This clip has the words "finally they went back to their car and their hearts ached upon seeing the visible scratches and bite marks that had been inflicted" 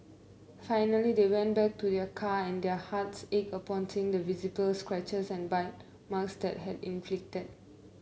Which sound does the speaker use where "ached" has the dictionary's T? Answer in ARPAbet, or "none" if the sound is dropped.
none